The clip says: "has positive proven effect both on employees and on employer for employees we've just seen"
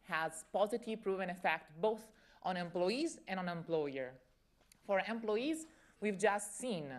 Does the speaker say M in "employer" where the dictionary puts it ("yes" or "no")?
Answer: yes